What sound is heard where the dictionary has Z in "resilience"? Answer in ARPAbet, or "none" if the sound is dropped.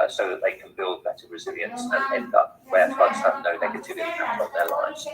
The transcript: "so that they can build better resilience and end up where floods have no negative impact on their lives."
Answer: Z